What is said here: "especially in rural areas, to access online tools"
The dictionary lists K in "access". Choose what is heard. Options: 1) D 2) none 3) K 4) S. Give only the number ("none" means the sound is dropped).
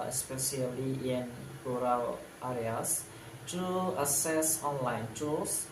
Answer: 2